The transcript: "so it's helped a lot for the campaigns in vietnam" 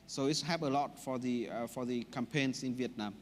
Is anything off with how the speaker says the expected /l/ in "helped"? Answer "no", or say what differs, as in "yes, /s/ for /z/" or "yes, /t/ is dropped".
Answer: yes, /l/ is dropped